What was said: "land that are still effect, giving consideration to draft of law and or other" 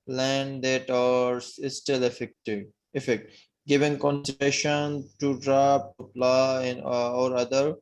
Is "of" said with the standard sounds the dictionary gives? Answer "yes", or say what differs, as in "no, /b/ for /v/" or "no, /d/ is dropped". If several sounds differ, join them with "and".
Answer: no, /p/ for /v/